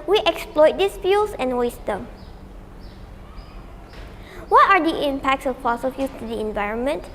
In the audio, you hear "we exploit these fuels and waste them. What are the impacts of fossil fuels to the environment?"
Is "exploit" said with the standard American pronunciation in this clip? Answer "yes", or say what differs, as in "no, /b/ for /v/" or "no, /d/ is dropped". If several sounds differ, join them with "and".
yes